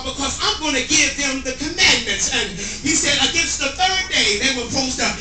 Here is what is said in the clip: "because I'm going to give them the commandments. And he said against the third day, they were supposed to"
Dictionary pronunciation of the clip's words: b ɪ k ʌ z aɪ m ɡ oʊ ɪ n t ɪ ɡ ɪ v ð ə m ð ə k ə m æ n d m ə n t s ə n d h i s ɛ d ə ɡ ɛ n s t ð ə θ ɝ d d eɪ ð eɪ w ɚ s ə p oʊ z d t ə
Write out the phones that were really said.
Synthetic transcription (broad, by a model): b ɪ k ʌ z aɪ m ɡ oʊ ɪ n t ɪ ɡ ɪ v ð ə m ð ə k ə m æ n m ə n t s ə n h i s ɛ d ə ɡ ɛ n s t ð ə θ ɝ d d eɪ ð eɪ w ɚ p oʊ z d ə